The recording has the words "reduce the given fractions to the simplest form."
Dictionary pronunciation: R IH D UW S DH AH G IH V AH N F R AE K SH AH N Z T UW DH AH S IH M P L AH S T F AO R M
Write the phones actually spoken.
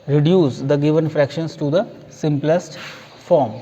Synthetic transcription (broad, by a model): R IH D UW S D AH G IH V AH N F R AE K SH AH N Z T UW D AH S IH M P L AH S T F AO R M